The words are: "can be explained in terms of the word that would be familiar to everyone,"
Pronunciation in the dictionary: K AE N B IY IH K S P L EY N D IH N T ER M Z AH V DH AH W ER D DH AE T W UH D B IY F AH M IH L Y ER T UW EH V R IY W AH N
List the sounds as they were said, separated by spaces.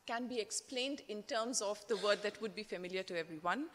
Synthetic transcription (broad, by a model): K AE N B IY IH K S P L EY N D IH N T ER M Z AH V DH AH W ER D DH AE T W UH D B IY F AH M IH L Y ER T UW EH V R IY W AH N